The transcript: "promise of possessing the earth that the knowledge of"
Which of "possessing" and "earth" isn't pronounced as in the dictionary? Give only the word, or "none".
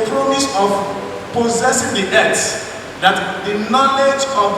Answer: earth